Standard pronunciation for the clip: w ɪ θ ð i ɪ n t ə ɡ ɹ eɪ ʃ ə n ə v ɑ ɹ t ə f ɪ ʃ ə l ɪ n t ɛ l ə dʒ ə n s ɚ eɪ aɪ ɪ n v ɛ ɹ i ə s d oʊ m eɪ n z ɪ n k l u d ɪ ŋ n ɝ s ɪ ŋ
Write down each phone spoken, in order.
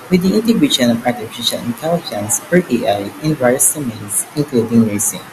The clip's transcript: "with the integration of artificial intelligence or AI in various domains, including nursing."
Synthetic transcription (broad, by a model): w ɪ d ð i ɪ n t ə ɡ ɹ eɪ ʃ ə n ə p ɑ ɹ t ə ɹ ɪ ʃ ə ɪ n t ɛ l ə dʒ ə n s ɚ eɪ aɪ ɪ n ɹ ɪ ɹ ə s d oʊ m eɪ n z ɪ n k l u d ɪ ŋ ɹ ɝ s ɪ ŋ